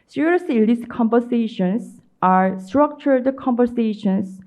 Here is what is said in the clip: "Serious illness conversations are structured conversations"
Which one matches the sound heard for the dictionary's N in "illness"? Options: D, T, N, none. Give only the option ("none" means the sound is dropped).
none